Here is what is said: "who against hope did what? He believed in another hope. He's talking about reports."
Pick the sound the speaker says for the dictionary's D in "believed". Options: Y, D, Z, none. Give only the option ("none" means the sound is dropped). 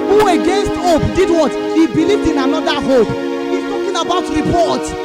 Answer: D